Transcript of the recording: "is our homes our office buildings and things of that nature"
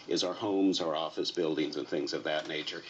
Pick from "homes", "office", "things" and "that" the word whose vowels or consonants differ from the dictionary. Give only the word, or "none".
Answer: none